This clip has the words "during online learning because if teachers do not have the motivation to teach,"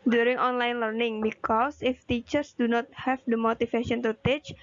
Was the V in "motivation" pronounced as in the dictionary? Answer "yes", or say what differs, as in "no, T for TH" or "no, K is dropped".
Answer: no, F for V